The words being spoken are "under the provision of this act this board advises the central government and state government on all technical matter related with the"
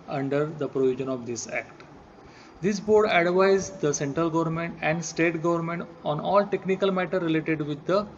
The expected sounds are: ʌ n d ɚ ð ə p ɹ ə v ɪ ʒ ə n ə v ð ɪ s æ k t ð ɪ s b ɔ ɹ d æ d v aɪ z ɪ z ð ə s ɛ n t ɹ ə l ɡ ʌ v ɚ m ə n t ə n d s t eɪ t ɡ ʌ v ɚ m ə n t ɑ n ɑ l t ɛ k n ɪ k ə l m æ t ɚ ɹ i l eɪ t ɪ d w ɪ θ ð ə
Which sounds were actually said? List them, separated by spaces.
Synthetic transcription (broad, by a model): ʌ n d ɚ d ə p ɹ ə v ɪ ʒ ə n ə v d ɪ s æ k t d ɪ s b ɔ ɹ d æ d v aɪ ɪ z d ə s ɛ n t ɹ ə l ɡ ʌ v ɚ m ə n t ə n d s t eɪ t ɡ ʌ v ɚ m ə n t ɑ n ɑ l t ɛ k n ɪ k ə l m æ t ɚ ɹ i l eɪ t ɪ d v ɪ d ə